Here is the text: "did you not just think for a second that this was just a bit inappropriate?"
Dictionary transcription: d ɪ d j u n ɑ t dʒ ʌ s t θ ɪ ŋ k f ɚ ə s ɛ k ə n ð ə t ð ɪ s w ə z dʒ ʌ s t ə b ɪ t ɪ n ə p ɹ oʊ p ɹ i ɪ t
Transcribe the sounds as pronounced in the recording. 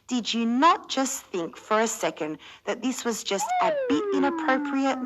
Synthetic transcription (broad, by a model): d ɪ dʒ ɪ n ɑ t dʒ ʌ s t θ ɪ ŋ k f ɚ ə s ɛ k ə n ð ə t ð ɪ s w ə z dʒ ʌ s t ə b ɪ t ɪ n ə p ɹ oʊ p ɹ i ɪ t